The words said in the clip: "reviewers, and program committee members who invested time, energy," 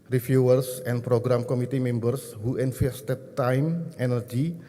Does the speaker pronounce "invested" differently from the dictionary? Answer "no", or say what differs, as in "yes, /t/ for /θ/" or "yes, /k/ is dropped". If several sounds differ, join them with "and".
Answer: yes, /f/ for /v/